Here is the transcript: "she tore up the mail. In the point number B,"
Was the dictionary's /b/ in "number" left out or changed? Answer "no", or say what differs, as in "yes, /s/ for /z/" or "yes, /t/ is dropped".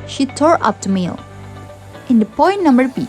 no